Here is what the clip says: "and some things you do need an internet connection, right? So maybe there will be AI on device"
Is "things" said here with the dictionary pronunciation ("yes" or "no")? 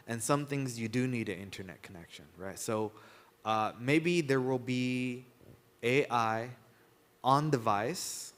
yes